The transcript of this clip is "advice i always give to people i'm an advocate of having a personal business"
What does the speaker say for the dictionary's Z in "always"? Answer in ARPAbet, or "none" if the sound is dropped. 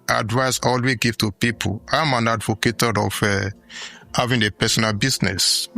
none